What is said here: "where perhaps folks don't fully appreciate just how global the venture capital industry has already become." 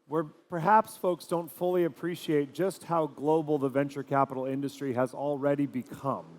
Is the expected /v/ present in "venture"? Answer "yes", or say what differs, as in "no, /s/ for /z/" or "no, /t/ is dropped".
yes